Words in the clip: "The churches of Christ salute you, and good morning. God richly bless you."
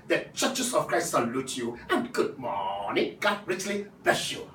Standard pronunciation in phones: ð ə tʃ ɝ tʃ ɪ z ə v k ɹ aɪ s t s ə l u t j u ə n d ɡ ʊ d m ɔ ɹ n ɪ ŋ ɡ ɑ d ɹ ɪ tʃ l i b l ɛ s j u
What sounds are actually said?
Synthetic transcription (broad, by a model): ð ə tʃ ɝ tʃ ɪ s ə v k ɹ aɪ s t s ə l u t j u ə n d ɡ ʊ d m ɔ n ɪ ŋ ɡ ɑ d ɹ ɪ tʃ l i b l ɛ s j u